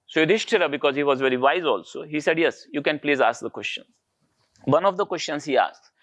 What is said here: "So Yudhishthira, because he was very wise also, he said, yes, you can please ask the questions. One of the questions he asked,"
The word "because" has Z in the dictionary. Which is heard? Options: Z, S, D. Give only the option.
Z